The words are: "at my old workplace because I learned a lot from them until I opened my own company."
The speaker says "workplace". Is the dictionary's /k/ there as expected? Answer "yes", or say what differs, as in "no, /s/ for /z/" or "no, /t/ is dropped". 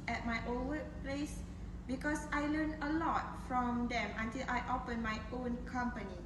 no, /k/ is dropped